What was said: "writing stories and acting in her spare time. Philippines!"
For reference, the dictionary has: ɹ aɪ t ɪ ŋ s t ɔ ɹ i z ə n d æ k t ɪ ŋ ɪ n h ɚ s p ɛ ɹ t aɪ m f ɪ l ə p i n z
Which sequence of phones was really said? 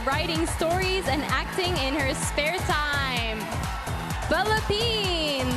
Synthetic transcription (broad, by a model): ɹ aɪ t ɪ ŋ s t ɔ ɹ i z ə n æ k t ɪ ŋ ɪ n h ɚ s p ɛ ɹ t aɪ m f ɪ l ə p i n